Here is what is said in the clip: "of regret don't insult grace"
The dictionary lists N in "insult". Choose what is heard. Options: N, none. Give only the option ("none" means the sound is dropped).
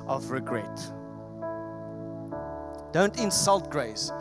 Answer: N